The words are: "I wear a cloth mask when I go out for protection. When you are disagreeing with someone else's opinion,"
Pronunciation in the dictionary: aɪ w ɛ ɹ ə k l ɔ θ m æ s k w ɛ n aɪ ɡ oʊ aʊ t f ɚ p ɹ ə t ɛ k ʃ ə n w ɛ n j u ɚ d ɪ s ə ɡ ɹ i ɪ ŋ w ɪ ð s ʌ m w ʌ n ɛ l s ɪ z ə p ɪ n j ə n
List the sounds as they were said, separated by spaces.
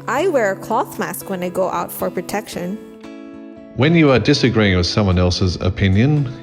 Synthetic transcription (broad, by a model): aɪ w ɛ ɹ ə k l ɔ θ m æ s k w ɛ n aɪ ɡ oʊ aʊ t f ɚ p ɹ ə t ɛ k ʃ ə n w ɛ n j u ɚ d ɪ s ə ɡ ɹ i ɪ ŋ w ɪ ð s ʌ m w ʌ n ɛ l s ɪ z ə p ɪ n j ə n